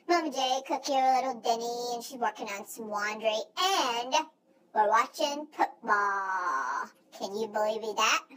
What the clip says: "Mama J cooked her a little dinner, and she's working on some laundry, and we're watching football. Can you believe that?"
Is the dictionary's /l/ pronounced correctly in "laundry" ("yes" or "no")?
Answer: no